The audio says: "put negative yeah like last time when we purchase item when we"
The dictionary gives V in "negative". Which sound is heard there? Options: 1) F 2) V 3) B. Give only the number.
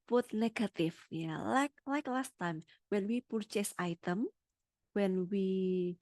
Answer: 1